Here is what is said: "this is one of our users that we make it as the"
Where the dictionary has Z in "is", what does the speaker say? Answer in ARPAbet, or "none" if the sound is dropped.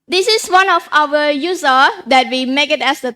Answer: S